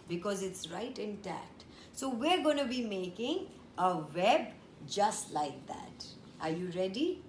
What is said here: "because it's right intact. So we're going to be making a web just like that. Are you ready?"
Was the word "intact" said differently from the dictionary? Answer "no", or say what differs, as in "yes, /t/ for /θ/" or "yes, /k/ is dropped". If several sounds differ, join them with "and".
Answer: yes, /k/ is dropped